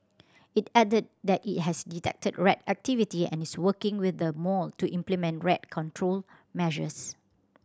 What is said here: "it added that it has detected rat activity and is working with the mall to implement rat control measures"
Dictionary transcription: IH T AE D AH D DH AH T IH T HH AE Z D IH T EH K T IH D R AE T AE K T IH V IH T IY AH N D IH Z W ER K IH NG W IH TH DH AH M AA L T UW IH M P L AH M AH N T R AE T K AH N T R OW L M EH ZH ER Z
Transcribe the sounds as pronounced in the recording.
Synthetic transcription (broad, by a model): IH T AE D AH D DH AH T IH T HH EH S D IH T EH K T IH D R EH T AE K T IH V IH T IY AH N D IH S W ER K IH NG W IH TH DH AH M AA L T UW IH M P L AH M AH N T R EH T K AH N T R OW L M EH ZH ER S